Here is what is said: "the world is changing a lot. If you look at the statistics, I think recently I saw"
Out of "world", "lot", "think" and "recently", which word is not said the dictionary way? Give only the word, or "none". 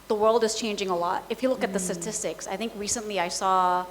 none